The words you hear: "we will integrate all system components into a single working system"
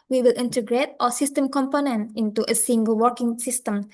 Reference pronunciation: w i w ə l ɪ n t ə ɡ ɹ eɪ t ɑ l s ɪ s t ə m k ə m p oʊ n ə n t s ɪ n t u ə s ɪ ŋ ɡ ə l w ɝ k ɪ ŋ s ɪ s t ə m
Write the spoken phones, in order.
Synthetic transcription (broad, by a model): w i w ə l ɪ n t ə ɡ ɹ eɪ t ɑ s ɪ s t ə m k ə m p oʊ n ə n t ɪ n t u ə s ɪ ŋ ɡ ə l w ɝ k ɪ ŋ s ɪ s t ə m